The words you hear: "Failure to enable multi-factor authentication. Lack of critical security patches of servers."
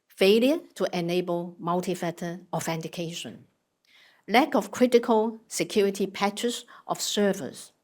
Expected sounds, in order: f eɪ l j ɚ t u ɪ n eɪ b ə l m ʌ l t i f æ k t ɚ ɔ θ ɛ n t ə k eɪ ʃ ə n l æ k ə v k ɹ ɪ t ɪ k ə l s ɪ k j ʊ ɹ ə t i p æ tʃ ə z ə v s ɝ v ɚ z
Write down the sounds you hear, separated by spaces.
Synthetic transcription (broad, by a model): f eɪ l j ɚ t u ɪ n eɪ b ə l m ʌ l t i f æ t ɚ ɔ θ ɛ n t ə k eɪ ʃ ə n l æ k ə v k ɹ ɪ t ɪ k ə l s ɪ k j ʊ ɹ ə t i p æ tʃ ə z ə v s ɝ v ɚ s